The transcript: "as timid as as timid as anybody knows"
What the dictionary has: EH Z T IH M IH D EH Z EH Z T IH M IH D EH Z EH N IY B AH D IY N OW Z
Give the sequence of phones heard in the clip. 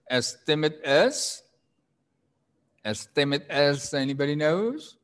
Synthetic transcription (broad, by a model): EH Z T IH M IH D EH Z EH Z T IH M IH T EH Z EH N IY B AH D IY N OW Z